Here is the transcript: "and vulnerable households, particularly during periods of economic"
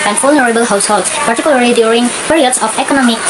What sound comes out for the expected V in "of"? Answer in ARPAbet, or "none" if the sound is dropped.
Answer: P